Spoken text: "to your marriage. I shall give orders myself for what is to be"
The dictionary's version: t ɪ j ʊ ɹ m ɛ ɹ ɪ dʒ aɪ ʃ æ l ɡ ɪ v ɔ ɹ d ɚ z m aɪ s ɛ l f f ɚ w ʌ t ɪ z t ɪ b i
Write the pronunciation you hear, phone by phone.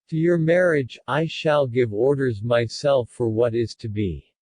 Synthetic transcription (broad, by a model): t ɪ j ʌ ɹ m ɛ ɹ ɪ dʒ aɪ ʃ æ l ɡ ɪ v ɔ ɹ d ɚ z m aɪ s ɛ l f f ɚ w ʌ t ɪ z t ɪ b i